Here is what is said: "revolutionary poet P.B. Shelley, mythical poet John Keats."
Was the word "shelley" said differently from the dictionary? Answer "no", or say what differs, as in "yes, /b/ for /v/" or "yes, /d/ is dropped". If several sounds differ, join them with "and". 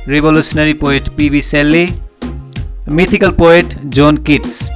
yes, /s/ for /ʃ/